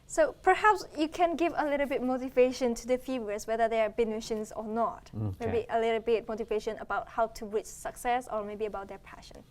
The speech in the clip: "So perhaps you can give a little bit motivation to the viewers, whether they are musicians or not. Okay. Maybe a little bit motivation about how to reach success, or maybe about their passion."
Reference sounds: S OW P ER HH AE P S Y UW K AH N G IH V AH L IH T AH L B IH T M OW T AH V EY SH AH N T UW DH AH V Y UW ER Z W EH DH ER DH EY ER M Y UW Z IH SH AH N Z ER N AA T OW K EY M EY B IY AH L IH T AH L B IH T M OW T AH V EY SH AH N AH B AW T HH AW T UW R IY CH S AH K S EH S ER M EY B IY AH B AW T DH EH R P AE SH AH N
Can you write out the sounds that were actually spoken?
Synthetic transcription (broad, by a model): S OW P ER HH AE P S Y UW K AH N G IH V AH L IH T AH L B IH T M OW T AH V EY SH AH N T UW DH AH F Y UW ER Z W EH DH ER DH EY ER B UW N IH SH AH N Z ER N AA T M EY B IY AH L IH T AH L B IH T M OW T AH V EY SH AH N AH B AW T HH AW T UW R IY CH S AH K S EH S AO M EY B IY AH B AW T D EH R P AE SH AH N